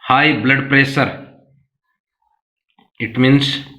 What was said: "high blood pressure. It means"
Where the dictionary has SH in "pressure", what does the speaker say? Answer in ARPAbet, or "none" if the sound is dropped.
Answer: S